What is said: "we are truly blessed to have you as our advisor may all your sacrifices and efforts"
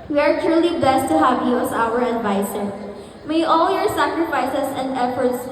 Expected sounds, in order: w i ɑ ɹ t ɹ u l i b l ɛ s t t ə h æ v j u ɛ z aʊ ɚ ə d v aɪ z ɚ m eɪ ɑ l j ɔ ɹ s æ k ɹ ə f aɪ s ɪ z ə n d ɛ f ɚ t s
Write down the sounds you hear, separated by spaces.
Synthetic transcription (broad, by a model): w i ɑ ɹ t ɹ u l i b l ɛ s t t ə h æ v j u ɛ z aʊ ɚ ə d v aɪ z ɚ m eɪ ɑ l j ɔ ɹ s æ k ɹ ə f aɪ s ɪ s ə n d ɛ f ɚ t s